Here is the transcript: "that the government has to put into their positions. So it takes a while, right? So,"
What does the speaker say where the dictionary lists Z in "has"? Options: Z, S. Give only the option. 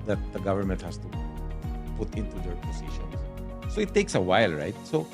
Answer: S